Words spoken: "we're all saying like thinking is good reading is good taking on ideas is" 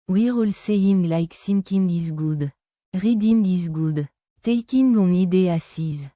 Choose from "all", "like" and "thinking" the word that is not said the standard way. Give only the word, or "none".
thinking